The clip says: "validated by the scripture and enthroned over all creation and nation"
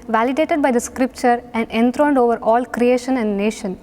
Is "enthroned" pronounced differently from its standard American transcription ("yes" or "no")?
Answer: yes